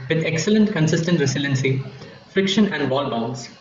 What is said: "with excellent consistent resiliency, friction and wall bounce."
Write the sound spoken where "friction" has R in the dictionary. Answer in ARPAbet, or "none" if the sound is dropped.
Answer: R